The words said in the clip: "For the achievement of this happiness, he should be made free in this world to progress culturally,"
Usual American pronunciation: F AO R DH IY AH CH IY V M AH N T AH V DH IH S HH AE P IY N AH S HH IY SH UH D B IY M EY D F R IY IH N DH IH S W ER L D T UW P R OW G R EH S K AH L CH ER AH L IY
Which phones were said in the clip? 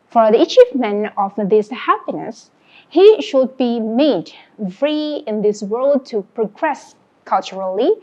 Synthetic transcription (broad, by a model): F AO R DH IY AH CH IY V M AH N AH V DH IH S HH AE P IY N AH S HH IY SH UH D B IY M EY D F R IY IH N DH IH S W ER L D T UW P R OW G R EH S K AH L CH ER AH L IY